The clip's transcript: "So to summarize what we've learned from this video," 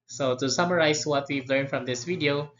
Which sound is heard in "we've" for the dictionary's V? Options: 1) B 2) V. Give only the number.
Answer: 2